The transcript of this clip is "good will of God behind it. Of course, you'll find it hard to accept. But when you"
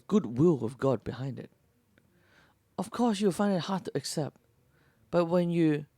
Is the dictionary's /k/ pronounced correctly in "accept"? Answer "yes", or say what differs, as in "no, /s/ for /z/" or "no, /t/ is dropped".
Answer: yes